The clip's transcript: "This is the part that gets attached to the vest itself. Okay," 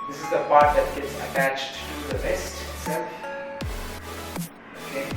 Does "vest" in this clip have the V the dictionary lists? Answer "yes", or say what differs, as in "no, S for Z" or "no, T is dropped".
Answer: no, B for V